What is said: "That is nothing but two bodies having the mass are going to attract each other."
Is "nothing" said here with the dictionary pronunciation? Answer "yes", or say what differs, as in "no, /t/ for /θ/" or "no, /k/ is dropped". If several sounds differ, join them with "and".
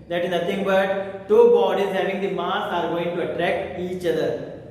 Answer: no, /t/ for /θ/